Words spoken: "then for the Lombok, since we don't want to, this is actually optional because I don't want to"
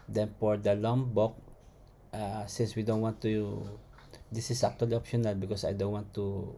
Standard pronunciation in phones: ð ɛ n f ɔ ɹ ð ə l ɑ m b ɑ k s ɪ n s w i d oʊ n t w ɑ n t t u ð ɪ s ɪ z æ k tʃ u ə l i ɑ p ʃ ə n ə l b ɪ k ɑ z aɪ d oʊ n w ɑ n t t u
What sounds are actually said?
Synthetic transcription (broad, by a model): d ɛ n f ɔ ɹ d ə l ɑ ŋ b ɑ k s ɪ n s w i d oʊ n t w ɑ n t t u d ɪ s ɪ s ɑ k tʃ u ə l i ɑ p ʃ ə n ə l b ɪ k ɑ s aɪ d oʊ n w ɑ n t t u